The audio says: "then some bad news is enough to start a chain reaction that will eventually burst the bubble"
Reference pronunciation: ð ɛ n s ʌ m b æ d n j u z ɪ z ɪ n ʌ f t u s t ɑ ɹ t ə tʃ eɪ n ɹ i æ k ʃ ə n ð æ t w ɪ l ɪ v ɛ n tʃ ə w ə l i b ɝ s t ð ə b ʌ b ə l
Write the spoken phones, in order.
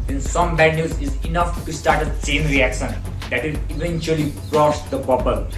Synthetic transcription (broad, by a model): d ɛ n s ʌ m b æ d n j u z ɪ z ɪ n ʌ f t u s t ɑ ɹ t ə s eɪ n ɹ i æ k ʃ ə n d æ t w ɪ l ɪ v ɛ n tʃ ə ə l i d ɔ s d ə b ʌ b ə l